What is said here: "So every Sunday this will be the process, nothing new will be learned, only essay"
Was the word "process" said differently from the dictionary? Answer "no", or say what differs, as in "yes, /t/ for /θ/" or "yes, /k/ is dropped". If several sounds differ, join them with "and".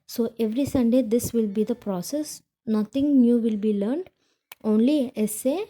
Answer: no